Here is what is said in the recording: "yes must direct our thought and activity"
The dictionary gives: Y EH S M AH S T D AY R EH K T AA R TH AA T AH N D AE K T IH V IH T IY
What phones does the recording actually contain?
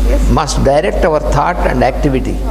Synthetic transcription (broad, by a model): M AH S T D AY R EH K T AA R T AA T AH N D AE K T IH V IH T IY